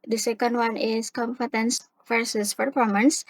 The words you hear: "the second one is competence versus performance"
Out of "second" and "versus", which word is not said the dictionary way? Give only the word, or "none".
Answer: versus